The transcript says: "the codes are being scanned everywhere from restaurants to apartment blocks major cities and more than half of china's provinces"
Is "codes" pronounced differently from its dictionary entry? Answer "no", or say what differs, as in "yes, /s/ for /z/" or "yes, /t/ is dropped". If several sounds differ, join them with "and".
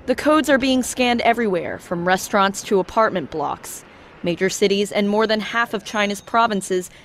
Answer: no